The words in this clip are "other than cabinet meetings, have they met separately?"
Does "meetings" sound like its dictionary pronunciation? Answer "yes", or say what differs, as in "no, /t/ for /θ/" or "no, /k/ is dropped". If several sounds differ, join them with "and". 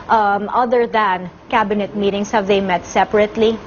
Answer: no, /s/ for /z/